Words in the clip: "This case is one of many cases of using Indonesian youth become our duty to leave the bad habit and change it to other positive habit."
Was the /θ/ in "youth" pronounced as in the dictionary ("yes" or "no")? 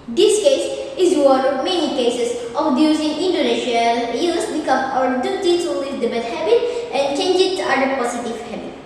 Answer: no